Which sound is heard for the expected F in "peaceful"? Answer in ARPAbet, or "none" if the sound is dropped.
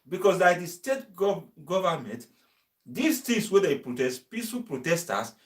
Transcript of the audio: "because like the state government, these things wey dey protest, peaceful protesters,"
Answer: none